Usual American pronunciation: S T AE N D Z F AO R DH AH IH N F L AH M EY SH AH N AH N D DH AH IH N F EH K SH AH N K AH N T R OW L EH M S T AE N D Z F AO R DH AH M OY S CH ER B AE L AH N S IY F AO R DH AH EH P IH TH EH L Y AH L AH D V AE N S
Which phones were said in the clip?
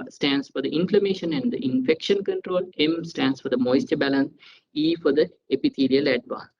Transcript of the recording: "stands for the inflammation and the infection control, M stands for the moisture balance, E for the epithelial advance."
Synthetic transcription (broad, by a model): S T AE N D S F AO R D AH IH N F L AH M EY SH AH N AH N D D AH IH N F EH K SH AH N K AH N T R OW L EH M S T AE N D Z F AO R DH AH M OY S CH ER B AE L AH N S IY F AO R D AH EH P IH T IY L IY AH L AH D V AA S